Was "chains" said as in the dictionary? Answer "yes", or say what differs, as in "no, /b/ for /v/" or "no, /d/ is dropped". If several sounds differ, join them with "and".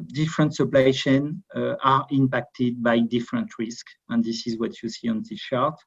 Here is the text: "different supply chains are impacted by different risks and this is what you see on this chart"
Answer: no, /ʃ/ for /tʃ/ and /z/ is dropped